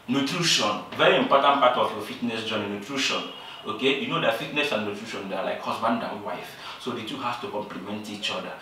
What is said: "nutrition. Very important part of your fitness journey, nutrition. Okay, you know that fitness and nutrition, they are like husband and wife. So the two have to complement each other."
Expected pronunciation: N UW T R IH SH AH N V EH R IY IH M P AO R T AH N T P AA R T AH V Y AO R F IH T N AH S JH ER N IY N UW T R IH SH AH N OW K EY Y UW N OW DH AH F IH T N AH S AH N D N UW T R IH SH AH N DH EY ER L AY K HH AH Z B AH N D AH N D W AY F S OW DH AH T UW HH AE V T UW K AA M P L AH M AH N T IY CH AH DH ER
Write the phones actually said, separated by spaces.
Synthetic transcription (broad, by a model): N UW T R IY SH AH N V EH R IY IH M P AO T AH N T P AA T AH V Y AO F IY T N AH S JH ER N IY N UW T R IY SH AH N OW K EY Y UW N OW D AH F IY T N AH S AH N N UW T R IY SH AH N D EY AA L AY K HH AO S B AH N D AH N W AY F S OW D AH T UW HH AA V T UW K AA M P L AH M AH N T IY CH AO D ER